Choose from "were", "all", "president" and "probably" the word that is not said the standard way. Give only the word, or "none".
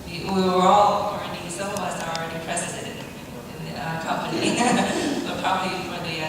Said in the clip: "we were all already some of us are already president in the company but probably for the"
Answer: president